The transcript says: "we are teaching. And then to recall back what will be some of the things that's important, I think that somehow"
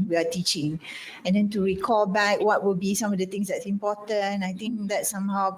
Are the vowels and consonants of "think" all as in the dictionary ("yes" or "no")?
no